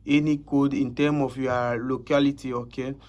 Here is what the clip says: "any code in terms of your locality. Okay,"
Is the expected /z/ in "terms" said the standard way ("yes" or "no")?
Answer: no